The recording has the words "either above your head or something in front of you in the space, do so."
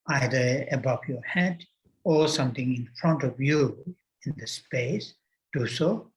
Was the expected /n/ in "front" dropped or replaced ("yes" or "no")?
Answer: no